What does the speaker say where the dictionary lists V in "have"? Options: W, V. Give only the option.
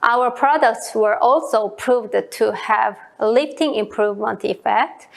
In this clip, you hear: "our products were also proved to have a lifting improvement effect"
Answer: V